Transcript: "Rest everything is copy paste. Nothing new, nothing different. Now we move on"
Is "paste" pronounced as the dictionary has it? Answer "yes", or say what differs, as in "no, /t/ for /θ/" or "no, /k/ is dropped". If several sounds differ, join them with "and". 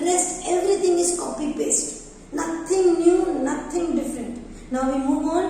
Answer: no, /b/ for /p/